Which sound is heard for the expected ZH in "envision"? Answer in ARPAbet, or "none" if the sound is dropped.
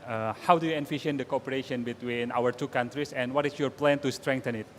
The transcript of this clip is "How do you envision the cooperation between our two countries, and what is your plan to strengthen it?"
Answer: SH